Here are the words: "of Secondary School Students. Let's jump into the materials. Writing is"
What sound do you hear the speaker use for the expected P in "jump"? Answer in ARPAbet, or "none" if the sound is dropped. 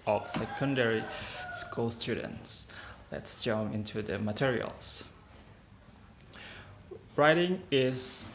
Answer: none